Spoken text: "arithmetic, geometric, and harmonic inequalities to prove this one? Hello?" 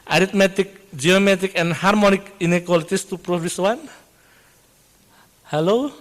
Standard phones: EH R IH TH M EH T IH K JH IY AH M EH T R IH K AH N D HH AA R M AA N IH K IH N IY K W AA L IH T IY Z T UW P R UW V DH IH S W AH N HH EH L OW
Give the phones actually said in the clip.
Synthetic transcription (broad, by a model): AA R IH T M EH T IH K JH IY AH M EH T IH K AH N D HH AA R M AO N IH K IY N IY K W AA L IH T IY S T UW P R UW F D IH S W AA N HH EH L OW